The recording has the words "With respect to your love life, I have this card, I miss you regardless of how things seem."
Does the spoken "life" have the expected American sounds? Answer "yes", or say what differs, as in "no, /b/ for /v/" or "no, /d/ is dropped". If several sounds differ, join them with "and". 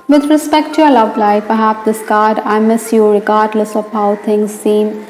no, /p/ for /f/